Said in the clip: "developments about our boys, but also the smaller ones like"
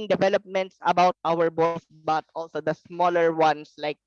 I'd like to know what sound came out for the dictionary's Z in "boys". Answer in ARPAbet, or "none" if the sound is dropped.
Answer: S